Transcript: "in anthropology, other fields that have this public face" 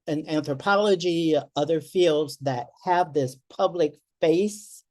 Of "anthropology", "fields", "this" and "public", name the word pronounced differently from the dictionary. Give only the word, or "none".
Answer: none